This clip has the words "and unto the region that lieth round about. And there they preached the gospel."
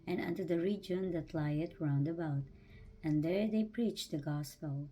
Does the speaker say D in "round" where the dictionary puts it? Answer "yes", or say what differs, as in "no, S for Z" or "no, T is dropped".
yes